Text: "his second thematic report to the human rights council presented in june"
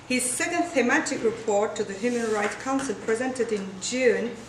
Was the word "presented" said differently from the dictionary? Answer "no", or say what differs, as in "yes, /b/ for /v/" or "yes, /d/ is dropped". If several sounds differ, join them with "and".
no